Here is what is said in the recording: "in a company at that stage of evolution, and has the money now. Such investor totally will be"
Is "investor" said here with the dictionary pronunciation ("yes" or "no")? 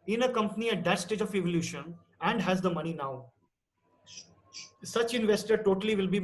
yes